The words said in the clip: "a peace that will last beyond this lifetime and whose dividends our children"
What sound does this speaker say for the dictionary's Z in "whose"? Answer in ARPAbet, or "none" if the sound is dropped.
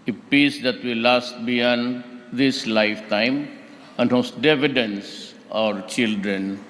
S